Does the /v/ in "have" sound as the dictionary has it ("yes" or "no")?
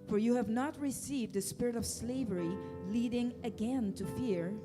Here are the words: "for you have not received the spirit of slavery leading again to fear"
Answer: yes